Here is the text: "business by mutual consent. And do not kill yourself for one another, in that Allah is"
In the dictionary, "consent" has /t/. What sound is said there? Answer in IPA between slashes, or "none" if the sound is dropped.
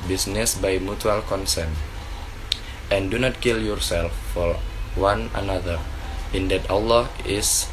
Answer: /t/